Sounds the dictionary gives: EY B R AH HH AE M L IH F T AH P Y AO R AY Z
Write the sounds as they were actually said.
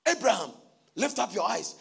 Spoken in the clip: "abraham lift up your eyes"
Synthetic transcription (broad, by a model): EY B R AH HH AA M L IH F T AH P Y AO AY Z